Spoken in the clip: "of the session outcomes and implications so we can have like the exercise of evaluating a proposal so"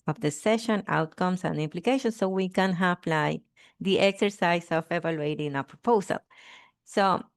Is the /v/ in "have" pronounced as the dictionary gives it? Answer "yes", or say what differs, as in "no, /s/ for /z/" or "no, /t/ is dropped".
no, /p/ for /v/